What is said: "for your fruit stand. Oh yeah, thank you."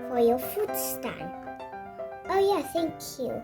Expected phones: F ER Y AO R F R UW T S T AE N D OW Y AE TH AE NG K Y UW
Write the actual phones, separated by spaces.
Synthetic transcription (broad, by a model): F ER Y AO F UW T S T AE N OW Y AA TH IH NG K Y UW